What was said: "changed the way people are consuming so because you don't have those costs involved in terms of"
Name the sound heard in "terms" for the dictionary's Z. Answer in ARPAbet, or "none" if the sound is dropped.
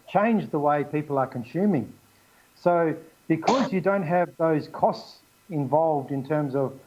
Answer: Z